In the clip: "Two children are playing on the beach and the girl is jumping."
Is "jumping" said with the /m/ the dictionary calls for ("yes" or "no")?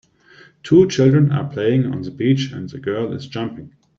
yes